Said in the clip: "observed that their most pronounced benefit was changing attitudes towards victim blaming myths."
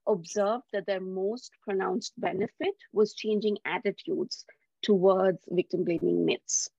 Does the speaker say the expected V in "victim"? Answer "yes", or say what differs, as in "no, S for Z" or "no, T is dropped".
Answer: yes